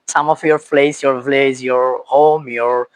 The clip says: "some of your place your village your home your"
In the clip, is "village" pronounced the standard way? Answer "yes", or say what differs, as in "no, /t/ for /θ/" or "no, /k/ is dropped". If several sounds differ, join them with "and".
no, /z/ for /dʒ/